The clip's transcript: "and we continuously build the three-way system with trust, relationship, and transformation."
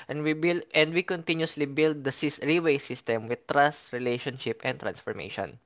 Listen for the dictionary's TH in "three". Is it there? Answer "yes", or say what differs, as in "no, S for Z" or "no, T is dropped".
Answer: no, S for TH